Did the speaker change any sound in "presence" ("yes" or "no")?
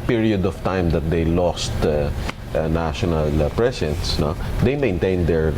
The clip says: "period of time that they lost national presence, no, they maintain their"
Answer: yes